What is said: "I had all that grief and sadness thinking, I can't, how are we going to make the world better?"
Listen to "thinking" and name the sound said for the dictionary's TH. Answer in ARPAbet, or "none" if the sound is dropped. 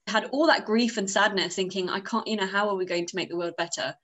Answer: TH